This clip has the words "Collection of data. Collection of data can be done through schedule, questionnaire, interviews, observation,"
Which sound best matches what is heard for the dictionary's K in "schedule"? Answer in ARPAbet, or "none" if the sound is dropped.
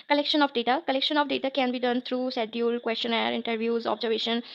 none